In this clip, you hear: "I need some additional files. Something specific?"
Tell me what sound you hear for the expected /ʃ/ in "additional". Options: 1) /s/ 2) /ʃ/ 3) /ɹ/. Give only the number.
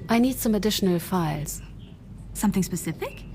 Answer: 2